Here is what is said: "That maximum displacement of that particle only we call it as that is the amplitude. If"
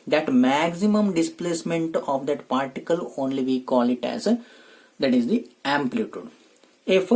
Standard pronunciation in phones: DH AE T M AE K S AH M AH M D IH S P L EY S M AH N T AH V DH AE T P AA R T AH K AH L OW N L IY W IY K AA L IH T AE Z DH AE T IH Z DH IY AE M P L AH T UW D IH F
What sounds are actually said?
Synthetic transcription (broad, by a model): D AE T M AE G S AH M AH M D IH S P L EY S M AH N T AH V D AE T P AA R T AH K AH L OW N L IY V IY K AA L IH T AE Z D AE T IH Z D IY AE M P L AH T UW D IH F